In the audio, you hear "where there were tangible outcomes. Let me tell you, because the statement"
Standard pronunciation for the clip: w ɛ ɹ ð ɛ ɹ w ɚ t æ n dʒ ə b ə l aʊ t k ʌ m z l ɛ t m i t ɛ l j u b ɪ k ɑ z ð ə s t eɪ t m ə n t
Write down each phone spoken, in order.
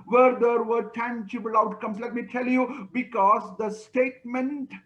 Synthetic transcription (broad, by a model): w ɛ ɹ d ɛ ɹ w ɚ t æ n tʃ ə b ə l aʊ t k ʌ m s l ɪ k m i t ɛ l j u b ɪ k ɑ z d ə s t eɪ t m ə n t